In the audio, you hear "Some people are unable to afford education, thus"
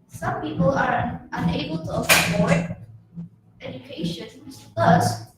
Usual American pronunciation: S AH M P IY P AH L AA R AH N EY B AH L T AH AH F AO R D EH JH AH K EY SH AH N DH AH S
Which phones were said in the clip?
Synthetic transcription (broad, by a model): S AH M P IY P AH L AA R AH N EY B AH L T AH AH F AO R EH JH AH K EY SH AH N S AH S